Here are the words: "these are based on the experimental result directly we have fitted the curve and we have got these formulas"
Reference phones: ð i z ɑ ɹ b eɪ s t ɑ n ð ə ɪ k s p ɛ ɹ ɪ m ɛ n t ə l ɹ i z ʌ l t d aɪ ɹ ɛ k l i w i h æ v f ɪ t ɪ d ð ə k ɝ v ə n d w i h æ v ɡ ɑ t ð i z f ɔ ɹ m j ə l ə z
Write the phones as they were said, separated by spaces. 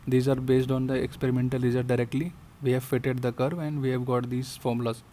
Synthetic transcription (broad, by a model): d i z ɑ ɹ b eɪ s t ɑ n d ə ɪ k s p ɛ ɹ ɪ m ɛ n t ə l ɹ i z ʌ t d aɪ ɹ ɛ k l i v i h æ v f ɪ t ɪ d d ə k ɝ v ə n d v i h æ v ɡ ɑ t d i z f ɔ ɹ m l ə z